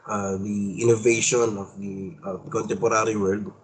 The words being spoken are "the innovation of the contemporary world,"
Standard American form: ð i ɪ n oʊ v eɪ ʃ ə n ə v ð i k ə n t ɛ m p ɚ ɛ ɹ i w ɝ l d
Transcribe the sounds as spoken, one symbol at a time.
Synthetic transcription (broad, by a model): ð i ɪ n oʊ v eɪ ʃ ə n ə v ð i k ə n t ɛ m p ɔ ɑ ɹ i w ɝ l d